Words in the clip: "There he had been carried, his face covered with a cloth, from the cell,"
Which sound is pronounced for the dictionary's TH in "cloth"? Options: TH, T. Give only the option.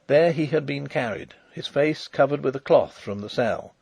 TH